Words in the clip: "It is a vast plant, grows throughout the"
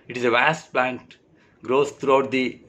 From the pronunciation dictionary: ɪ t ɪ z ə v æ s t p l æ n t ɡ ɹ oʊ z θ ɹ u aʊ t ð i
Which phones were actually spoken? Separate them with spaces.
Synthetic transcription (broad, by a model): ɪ t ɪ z ə v æ s t p l æ n t ɡ ɹ oʊ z t ɹ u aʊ t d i